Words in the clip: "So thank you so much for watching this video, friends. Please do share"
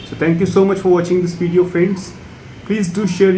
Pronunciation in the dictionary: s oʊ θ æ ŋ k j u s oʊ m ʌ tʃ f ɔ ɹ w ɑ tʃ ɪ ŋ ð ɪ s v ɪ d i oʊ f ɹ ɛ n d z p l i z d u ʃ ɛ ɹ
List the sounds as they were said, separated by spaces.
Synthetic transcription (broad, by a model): s oʊ t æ ŋ k j u s oʊ m ʌ tʃ f ɔ ɹ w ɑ tʃ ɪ ŋ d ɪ s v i d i oʊ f ɛ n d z p l i z d u ʃ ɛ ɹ